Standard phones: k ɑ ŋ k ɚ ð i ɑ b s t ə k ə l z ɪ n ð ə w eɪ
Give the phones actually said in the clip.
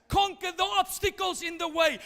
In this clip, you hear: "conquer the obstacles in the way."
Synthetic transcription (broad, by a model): k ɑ ŋ k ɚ ð i ɑ b s t ə k ə l z ɪ n ð ə w eɪ